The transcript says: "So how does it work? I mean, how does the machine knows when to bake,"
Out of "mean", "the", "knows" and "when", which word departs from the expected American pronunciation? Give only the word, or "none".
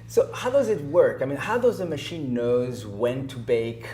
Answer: none